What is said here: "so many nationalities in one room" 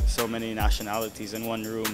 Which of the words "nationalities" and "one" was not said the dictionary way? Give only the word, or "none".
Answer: none